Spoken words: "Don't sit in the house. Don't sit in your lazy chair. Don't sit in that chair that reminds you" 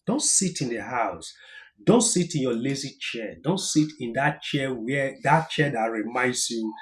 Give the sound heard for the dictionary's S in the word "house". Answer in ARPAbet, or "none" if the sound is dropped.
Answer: S